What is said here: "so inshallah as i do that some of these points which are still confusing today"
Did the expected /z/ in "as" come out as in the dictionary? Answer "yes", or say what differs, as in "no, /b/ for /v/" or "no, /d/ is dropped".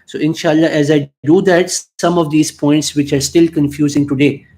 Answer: yes